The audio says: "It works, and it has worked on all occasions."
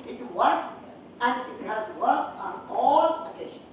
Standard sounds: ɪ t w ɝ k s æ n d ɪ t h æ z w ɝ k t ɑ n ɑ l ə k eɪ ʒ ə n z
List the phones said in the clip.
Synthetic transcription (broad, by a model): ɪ t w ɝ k s æ n d ɪ t h æ z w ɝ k ɑ n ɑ l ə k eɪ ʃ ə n